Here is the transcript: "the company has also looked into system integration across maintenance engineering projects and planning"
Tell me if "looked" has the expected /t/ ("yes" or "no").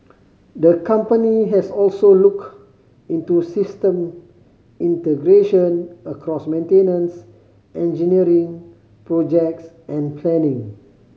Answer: no